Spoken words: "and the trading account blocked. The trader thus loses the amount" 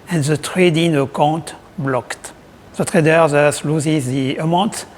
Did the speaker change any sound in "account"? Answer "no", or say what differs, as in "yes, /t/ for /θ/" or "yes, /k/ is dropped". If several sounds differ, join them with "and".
yes, /n/ is dropped